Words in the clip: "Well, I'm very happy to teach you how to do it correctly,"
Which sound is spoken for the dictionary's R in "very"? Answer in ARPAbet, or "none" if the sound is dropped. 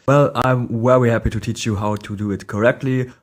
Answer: W